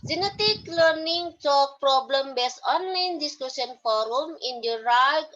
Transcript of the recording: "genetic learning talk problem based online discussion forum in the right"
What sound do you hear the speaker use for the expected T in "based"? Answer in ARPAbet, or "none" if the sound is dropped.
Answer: none